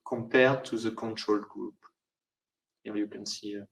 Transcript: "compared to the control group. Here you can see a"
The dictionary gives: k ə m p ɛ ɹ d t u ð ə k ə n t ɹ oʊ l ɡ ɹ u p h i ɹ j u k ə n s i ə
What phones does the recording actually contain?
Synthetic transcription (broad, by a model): k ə m p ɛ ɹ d t u ð ə k ə n t ɹ oʊ l ɡ ɹ u p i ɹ j u k ə n s i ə